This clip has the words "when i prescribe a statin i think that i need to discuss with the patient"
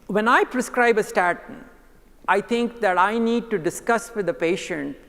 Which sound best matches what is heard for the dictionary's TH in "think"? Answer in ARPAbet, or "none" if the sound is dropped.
T